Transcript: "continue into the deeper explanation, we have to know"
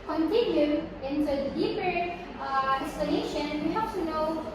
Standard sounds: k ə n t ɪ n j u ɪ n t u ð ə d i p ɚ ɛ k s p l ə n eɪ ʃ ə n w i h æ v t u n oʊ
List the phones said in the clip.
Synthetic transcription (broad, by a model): k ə n t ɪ n j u ɪ n t u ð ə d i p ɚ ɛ s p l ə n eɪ ʃ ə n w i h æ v t u n oʊ